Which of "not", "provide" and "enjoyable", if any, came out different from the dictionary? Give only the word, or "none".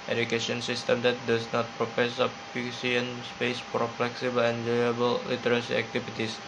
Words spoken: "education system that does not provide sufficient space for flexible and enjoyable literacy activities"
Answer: provide